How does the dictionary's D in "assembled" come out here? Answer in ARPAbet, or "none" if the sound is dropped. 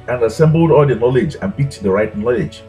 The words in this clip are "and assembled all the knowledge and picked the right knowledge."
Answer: D